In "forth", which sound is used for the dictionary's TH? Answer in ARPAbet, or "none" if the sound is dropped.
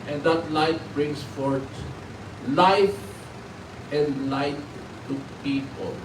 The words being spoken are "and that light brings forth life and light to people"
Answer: T